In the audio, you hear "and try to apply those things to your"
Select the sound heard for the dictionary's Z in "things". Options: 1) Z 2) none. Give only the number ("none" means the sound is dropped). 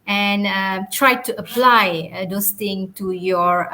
2